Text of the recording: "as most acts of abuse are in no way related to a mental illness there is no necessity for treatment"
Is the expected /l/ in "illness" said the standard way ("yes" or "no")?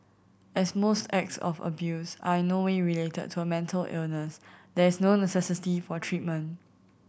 yes